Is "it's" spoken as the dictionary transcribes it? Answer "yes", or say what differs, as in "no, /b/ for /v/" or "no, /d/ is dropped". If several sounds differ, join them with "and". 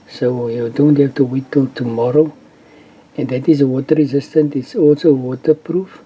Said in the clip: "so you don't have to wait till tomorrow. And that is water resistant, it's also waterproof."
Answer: yes